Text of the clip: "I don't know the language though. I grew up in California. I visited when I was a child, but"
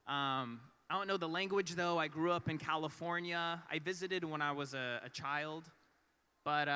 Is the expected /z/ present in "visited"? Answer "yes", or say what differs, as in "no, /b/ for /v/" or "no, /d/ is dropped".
yes